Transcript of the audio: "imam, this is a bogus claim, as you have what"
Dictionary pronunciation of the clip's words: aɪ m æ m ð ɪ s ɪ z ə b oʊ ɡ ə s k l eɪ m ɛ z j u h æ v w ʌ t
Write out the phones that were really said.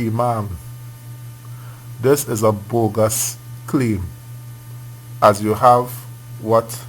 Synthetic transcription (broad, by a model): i m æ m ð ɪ s ɪ z ə b oʊ ɡ ə s k l eɪ m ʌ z j u h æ v w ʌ t